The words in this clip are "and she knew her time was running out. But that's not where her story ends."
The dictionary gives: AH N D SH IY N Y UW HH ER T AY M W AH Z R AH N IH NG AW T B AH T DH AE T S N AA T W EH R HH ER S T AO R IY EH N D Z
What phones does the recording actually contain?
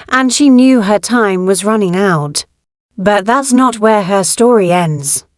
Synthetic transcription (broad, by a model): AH N SH IY N Y UW ER T AY M W AH Z R AH N IH NG AW T B AH T DH AE T S N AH T W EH R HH ER S T AO R IY EH N D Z